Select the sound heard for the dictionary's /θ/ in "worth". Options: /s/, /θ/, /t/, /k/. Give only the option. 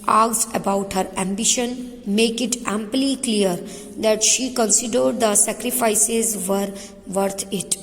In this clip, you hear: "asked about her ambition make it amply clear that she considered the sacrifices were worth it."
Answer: /t/